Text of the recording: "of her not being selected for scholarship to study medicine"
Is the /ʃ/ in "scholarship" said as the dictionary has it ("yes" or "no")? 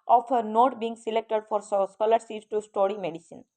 no